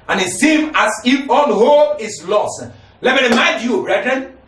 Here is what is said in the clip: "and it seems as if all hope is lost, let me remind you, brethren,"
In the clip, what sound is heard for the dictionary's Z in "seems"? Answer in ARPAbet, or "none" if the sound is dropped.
none